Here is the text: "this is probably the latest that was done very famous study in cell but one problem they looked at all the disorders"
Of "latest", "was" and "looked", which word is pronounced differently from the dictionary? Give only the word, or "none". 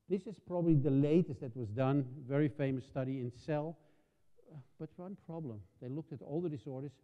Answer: none